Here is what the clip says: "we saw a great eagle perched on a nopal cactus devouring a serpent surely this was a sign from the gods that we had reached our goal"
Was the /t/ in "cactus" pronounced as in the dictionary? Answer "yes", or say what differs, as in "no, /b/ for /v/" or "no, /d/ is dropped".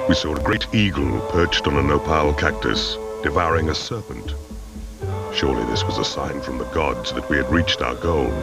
yes